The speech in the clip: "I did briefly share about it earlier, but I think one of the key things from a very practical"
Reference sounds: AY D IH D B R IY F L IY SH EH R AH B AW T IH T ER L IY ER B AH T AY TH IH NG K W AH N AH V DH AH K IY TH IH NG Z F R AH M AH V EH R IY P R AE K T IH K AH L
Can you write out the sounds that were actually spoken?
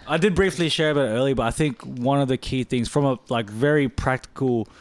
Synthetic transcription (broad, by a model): AY D IH D B R IY F L IY SH EH R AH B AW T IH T ER L IY B AH T AY TH IH NG K W AH N AH V DH AH K IY TH IH NG Z F R AH M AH V EH R IY P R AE K T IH K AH L